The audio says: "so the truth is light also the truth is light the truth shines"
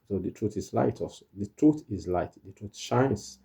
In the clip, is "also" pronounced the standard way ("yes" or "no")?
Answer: no